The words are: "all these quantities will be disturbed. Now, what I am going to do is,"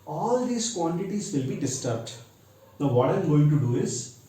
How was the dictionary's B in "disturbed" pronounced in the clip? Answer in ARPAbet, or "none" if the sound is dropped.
B